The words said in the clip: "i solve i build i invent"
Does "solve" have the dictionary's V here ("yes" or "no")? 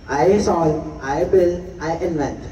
no